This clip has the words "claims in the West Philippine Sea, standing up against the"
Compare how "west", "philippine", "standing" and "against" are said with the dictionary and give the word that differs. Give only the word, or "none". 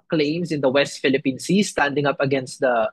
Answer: none